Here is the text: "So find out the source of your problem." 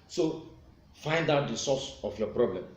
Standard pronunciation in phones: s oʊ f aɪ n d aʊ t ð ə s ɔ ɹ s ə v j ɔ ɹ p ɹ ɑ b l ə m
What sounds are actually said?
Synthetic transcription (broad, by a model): s oʊ f aɪ n d aʊ t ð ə s ɔ s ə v j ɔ p ɹ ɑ b l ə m